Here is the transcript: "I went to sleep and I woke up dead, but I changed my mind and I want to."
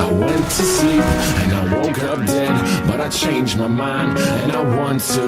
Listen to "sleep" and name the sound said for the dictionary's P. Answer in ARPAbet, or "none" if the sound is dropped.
none